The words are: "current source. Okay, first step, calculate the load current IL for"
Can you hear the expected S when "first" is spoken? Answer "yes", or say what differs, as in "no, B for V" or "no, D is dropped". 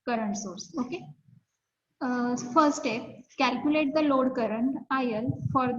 no, S is dropped